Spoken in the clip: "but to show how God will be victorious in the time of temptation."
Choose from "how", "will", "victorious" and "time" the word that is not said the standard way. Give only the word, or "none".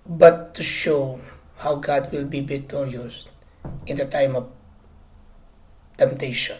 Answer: victorious